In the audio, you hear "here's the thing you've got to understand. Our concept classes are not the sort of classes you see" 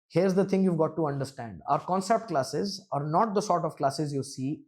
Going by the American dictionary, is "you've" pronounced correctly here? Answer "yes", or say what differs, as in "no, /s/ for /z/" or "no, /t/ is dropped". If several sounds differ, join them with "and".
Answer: yes